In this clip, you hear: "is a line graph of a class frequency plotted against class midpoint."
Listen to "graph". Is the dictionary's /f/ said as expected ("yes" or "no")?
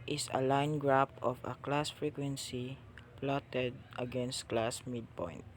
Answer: no